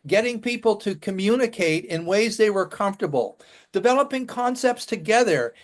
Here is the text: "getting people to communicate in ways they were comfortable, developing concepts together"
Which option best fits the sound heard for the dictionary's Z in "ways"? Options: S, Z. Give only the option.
Z